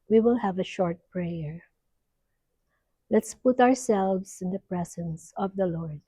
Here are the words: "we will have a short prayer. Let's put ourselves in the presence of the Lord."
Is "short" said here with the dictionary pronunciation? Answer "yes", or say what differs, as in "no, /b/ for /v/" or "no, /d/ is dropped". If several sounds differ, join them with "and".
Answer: yes